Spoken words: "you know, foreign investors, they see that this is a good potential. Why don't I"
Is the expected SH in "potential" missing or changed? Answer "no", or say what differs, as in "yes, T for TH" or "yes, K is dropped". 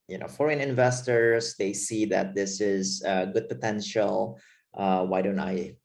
no